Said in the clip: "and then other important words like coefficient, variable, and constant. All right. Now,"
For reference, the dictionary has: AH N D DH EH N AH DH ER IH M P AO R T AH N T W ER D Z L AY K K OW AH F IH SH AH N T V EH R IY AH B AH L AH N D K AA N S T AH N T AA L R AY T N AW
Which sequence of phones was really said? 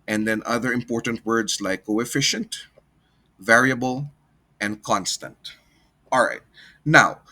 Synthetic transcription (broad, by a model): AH N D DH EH N AH DH ER IH M P AO R T AH N T W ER D S L AY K K OW AH F IH SH AH N T V EH R IY AH B AH L AH N D K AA N S T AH N T AA L R AY T N AW